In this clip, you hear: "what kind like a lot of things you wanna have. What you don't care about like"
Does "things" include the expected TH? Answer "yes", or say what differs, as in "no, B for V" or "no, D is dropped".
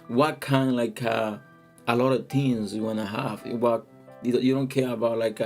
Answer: no, T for TH